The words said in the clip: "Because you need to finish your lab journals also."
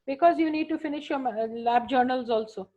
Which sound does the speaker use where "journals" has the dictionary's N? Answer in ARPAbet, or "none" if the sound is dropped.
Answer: N